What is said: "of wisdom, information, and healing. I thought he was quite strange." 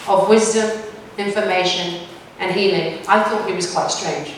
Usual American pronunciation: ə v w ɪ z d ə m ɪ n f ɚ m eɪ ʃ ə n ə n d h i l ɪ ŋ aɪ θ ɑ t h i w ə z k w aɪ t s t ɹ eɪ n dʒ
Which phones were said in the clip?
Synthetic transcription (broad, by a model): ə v w ɪ z d ə m ɪ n f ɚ m eɪ ʃ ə n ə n h i l ɪ ŋ aɪ θ ɑ t h i w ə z k w aɪ t s t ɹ eɪ n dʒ